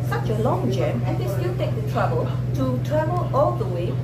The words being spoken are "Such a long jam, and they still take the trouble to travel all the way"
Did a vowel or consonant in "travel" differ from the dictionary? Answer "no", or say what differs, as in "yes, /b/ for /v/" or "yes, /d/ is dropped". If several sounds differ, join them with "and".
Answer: yes, /ɹ/ is dropped